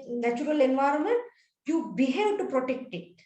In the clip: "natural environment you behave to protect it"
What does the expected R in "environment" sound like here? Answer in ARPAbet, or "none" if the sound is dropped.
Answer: R